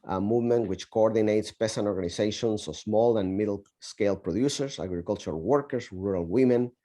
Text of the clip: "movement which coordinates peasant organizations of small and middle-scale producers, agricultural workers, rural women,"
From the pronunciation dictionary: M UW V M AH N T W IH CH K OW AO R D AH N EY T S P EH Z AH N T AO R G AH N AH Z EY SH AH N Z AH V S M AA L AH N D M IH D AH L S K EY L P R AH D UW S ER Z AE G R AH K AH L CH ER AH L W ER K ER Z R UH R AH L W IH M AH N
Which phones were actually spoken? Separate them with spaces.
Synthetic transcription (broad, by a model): M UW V M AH N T W IH CH K OW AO R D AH N EY T S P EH S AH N AO R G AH N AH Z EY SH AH N S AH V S M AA L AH N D M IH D L S K EY L P R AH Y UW S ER S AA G R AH K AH L CH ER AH L W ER K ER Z R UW R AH L W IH M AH N